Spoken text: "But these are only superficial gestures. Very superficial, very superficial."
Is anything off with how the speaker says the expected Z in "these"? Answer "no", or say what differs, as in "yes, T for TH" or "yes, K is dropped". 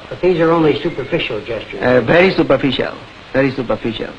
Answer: no